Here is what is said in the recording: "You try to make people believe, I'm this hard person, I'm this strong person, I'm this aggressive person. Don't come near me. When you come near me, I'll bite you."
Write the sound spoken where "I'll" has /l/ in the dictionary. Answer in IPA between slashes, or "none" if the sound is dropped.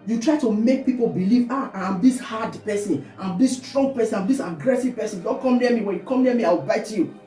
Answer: /w/